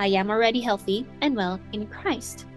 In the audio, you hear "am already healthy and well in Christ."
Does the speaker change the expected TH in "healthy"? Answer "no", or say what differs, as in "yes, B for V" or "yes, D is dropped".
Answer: no